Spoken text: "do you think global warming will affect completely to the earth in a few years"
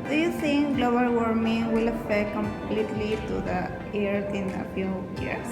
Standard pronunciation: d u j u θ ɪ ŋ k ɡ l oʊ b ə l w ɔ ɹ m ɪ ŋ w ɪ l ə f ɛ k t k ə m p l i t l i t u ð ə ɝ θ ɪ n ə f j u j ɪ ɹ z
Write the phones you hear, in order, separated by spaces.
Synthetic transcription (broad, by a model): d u j u s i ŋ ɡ l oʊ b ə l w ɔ ɹ m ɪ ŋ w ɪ l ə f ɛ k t k ə m p l i t l i t u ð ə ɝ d ɪ n ə f j u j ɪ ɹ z